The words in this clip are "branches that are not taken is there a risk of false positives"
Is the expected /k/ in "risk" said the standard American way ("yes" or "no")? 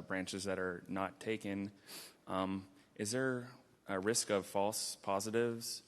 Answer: yes